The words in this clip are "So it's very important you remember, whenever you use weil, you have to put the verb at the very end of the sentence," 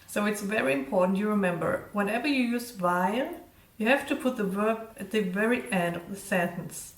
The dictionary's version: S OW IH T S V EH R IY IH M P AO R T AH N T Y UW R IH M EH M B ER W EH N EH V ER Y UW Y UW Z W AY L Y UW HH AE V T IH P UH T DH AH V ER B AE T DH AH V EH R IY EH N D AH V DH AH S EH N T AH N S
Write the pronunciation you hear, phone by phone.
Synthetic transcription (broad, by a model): S OW IH T S V EH R IY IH M P AO R T N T Y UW R IH M EH M B ER W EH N EH V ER Y UW Y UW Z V AY N Y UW HH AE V T IH P UH T DH AH V ER B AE T DH AH V EH R IY EH N D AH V DH AH S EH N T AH N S